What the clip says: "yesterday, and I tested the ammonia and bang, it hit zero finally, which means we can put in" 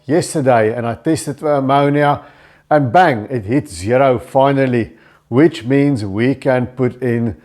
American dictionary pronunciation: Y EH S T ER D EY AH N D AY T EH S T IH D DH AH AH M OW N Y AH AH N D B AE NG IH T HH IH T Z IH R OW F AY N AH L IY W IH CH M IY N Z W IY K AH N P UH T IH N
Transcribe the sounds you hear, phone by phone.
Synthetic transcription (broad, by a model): Y EH S T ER D EY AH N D AY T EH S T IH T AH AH M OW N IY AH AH N B AE NG IH T HH IH T Z IH R OW F AY N AH L IY W IH CH M IY N Z W IY K AH N P UH T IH N